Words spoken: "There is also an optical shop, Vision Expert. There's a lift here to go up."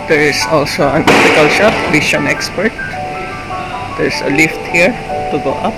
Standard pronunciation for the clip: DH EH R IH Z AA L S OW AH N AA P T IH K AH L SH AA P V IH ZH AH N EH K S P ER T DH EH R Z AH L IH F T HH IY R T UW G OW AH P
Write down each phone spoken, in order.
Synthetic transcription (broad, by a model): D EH R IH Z AA L S OW AH N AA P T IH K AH L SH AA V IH SH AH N EH K S P ER T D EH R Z AH L IH F T HH IY R T UW G OW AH P